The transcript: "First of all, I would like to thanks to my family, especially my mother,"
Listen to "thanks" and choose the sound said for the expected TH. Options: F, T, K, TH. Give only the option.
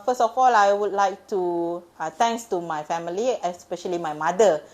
T